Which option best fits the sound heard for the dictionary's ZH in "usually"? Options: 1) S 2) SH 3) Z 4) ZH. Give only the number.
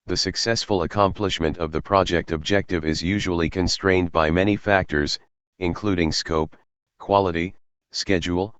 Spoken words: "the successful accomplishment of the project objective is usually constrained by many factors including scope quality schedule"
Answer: 4